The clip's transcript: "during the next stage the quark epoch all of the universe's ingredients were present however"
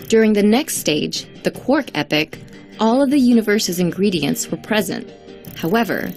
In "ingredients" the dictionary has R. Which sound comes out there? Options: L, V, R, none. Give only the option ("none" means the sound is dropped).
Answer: R